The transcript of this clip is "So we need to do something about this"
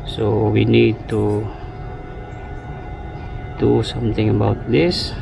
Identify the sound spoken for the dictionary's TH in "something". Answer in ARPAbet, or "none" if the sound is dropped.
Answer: T